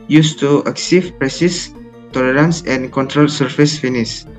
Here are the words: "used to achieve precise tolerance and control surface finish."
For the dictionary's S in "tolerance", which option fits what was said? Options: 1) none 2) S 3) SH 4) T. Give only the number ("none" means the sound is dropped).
2